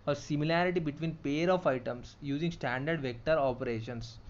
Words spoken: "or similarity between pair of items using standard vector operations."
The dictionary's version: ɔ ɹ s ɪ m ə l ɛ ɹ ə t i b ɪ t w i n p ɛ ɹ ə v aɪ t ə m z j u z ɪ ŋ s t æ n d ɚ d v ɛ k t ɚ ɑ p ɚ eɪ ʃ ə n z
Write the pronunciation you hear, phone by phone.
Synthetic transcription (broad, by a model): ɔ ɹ s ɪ m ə l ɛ ɹ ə t i b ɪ t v i n p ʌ ɹ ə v aɪ t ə m s j u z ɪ ŋ s t æ n d ɚ d v ɛ k t ɚ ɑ p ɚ eɪ ʃ ə n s